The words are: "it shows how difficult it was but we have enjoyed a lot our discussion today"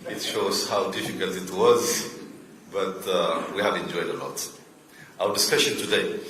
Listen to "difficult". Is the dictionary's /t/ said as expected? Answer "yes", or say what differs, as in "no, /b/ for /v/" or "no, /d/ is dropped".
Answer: yes